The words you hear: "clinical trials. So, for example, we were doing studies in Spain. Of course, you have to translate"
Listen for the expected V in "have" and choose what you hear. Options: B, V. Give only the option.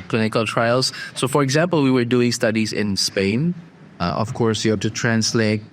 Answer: B